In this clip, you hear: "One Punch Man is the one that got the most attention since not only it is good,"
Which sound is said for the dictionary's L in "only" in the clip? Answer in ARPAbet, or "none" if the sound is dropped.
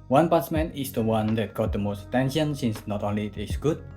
L